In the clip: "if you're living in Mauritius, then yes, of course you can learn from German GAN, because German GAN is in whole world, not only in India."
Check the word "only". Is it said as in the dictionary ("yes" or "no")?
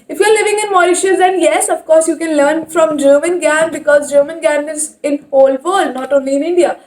yes